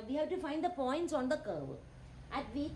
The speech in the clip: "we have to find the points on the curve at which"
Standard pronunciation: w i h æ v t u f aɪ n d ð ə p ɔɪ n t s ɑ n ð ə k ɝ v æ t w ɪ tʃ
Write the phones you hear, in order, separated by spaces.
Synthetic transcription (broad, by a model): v i h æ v t u f aɪ n d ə p ɔɪ n t s ɑ n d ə k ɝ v æ t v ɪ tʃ